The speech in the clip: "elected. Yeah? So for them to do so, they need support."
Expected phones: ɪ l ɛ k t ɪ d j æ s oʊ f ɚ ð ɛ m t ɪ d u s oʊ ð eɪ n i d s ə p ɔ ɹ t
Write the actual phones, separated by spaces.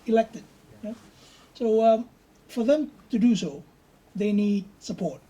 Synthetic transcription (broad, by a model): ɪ l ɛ k t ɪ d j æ s oʊ f ɚ ð ɛ m t ɪ d u s oʊ ð eɪ n i d s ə p ɔ ɹ t